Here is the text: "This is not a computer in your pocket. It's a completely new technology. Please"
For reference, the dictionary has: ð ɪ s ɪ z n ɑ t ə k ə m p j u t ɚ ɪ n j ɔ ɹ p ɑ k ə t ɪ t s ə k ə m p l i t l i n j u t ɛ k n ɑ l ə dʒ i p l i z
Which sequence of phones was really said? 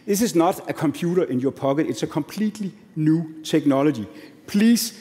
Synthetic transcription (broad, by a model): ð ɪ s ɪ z n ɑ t ə k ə m p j u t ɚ ɪ n j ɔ p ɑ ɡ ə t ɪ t s ə k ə m p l i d l i n j u s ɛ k n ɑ l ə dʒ i p l i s